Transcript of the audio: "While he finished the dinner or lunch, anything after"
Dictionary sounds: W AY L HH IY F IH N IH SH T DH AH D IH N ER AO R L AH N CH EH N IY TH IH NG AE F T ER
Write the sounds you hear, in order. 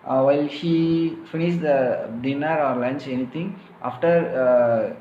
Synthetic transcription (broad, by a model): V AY L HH IY F IH N IH SH T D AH D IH N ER AO R L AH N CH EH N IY T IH NG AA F T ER